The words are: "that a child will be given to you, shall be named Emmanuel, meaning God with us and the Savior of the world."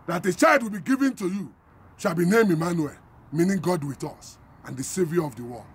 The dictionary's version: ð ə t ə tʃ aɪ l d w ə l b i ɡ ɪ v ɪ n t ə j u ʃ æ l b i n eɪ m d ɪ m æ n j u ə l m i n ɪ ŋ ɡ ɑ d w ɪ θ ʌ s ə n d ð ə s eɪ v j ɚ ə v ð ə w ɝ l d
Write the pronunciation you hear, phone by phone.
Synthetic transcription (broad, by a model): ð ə t ə tʃ aɪ l d w ə l b i ɡ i v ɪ n t ə j u ʃ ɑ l b i n eɪ m ɪ m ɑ n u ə l m i n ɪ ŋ ɡ ɑ d w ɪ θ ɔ s ə n d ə s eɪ v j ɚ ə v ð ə w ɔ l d